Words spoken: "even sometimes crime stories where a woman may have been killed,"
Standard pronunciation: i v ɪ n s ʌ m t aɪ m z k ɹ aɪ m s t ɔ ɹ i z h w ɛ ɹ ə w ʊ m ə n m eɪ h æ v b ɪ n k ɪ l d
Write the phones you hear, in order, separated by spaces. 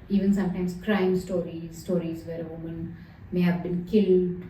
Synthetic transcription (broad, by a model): i v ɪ n s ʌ m t aɪ m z k ɹ aɪ m s t ɔ ɹ i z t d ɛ ɹ ə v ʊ m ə n m eɪ h æ v b ɪ n k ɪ l d